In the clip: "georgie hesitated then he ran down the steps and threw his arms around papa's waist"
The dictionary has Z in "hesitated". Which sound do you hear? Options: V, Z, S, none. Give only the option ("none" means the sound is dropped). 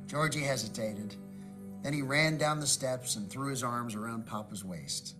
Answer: Z